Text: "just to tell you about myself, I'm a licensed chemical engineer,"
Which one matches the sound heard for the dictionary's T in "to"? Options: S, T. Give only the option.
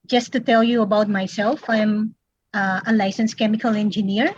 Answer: T